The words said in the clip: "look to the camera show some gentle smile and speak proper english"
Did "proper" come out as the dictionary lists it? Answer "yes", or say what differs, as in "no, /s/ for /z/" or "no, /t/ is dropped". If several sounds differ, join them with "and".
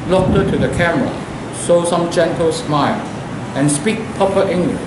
no, /ɹ/ is dropped